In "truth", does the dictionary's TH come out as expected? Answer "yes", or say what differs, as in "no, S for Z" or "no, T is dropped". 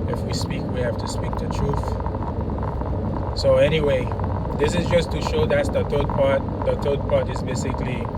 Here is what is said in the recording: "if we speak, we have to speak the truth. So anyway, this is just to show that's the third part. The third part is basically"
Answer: yes